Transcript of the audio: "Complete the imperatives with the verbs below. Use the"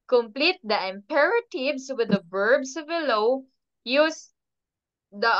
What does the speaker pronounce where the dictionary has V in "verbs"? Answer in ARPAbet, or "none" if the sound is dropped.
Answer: B